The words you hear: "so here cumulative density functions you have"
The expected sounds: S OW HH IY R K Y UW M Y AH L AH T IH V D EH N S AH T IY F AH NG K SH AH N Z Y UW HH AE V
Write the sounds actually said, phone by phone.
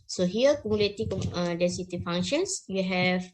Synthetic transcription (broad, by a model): S OW HH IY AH K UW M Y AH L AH T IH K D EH S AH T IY F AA NG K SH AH N S Y UW HH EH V